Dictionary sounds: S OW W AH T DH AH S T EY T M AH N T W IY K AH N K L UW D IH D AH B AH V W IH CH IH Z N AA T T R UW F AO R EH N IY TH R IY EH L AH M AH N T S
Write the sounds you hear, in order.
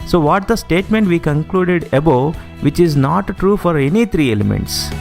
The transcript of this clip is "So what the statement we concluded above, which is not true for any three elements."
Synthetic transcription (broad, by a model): S OW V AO T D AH S T EY T M AH N T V IY K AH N K L UW D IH D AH B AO V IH CH IH Z N AA T T R UW F AO R EH N IY T R IY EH L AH M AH N T S